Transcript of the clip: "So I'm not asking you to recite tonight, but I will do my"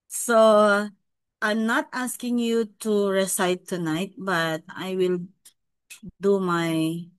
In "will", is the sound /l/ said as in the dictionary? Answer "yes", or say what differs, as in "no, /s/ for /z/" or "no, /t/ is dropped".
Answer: yes